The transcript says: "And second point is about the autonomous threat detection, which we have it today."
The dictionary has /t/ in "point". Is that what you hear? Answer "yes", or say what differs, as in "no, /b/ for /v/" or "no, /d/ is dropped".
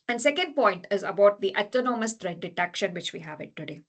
yes